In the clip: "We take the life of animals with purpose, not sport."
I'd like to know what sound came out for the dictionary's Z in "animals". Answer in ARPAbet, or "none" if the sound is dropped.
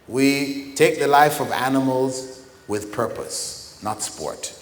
Z